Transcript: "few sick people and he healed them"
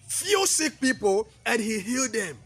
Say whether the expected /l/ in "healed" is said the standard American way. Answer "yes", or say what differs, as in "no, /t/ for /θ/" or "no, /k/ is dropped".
yes